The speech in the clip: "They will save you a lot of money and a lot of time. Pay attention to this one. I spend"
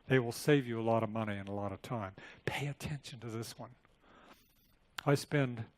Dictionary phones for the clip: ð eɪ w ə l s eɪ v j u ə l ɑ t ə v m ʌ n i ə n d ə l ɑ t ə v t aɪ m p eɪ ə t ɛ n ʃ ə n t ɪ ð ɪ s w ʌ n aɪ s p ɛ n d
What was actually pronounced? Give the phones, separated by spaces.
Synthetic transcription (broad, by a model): ð eɪ w ə l s eɪ v j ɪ ə l ɑ t ə v m ʌ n i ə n ə l ɑ t ə v t aɪ m p eɪ ə t ɛ n ʃ ə n t ɪ ð ɪ s w ʌ n aɪ s p ɛ n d